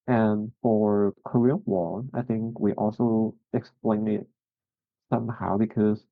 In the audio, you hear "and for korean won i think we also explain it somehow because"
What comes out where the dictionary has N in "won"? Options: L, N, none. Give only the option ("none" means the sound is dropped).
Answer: L